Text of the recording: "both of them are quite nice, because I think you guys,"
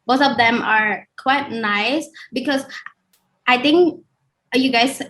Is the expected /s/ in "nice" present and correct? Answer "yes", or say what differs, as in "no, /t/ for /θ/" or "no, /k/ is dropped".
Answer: yes